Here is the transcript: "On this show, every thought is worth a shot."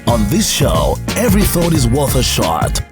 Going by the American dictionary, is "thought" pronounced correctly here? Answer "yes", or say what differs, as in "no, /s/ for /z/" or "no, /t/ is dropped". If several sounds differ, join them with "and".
yes